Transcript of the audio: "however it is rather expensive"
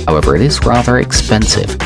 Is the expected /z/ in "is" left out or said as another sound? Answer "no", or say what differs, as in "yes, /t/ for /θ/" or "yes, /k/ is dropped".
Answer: no